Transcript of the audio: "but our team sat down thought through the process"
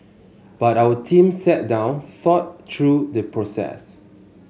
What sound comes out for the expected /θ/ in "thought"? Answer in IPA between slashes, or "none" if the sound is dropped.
/f/